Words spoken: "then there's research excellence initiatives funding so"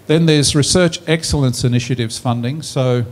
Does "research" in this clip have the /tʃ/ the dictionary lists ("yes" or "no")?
yes